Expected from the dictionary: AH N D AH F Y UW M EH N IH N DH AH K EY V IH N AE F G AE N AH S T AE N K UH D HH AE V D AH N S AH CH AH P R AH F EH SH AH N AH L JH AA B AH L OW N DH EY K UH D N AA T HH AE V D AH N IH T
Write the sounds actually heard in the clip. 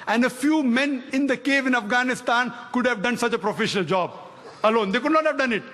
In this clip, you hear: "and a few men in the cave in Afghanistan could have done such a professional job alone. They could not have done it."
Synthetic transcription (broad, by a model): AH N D AH F Y UW M EH N IH N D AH K EY V IH N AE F G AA N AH S T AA N K UH D HH AE V D AH N S AH CH AH P R AH F EH SH AH N AH L JH AA B AH L OW N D EY K UH D N AA T HH AE V D AH N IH T